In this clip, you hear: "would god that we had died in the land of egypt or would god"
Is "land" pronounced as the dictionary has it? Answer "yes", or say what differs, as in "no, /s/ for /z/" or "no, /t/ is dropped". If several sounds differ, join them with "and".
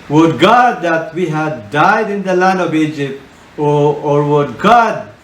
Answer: yes